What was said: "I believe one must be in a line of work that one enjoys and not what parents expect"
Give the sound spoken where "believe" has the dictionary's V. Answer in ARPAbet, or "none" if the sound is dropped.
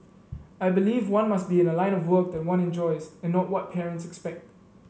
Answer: V